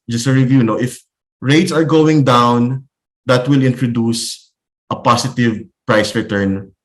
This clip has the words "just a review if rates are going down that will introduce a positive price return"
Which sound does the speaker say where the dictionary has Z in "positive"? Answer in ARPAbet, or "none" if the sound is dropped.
S